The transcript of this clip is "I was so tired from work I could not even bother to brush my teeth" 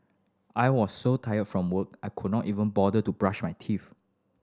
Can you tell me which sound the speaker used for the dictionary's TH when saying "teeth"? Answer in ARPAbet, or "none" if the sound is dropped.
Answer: F